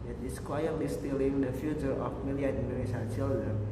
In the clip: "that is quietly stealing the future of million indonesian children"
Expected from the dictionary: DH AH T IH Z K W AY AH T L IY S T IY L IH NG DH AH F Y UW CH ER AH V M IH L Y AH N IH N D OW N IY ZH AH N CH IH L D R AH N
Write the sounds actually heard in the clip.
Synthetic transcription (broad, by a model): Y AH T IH S K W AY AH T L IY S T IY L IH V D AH F Y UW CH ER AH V M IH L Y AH AA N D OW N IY S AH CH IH L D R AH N